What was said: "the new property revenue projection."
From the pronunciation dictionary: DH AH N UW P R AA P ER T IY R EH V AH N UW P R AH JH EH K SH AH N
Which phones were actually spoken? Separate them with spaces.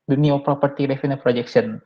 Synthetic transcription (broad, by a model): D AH N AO P R AA P ER T IY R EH F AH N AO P R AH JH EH K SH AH N